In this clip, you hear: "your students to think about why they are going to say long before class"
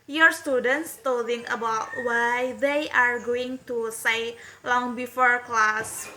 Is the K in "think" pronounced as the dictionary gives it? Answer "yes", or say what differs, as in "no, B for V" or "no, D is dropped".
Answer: no, K is dropped